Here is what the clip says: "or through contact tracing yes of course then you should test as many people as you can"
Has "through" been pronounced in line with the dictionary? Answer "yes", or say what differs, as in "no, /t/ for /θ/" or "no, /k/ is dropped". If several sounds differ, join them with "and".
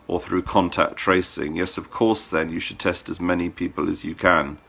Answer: yes